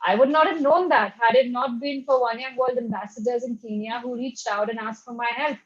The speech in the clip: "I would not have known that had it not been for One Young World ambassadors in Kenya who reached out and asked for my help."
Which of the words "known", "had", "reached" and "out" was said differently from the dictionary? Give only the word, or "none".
none